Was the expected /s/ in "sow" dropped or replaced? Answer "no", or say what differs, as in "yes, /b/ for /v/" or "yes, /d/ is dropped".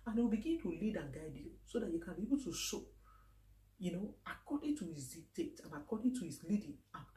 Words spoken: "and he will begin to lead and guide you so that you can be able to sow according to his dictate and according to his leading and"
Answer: yes, /ʃ/ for /s/